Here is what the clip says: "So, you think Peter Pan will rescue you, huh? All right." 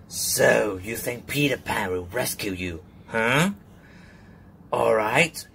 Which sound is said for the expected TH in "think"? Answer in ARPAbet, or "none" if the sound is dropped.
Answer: TH